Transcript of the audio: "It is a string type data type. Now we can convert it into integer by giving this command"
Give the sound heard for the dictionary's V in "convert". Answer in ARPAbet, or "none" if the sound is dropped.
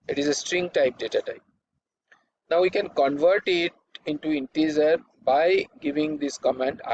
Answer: V